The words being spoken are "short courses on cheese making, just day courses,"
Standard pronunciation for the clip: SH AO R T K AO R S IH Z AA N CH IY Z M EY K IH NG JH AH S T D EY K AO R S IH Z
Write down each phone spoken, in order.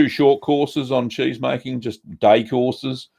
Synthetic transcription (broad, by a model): SH AO T K AO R S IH Z N CH IY Z M EY K IH NG JH AH S D EY K AO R S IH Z